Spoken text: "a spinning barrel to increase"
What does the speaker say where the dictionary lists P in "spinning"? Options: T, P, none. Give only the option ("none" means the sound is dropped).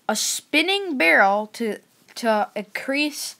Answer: P